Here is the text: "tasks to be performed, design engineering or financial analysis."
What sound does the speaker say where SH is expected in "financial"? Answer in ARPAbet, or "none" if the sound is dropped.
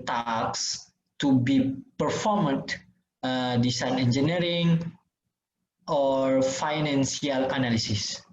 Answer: S